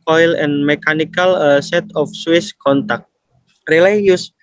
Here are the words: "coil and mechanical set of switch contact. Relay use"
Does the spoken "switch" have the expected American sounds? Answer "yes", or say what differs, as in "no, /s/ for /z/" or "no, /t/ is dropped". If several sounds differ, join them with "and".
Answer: no, /s/ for /tʃ/